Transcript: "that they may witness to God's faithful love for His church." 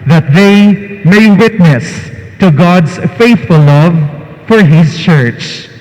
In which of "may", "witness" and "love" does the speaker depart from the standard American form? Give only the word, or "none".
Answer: none